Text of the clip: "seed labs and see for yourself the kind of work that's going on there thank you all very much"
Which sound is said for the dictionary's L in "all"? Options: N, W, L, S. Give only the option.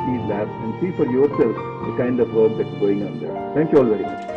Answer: L